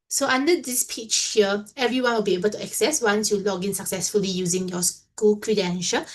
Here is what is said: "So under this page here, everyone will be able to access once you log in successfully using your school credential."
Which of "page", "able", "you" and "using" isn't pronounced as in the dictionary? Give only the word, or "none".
page